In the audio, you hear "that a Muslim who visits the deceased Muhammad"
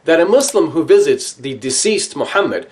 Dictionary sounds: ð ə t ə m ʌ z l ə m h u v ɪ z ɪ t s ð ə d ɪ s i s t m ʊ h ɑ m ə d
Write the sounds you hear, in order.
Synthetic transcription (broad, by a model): ð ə t ə m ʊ s l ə m h u v ɪ z ɪ t s ð ə d ɪ s i s t m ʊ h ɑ m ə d